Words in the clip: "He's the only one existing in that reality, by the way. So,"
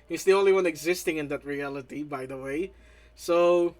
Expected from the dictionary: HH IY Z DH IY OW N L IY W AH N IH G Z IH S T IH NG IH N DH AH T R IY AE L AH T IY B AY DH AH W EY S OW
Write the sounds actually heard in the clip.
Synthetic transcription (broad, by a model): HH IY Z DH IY OW N L IY W AH N IH G Z IH S T IH NG IH N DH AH T R IY AE L AH T IY B AY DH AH W EY S OW